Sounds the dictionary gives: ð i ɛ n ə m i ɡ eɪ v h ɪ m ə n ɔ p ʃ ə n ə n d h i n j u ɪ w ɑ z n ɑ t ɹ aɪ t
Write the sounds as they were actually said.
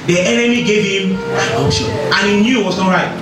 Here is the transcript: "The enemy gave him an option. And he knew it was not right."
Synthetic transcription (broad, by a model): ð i ɛ n ə m i ɡ eɪ v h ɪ m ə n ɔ ʃ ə ə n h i n j u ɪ w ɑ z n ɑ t ɹ aɪ t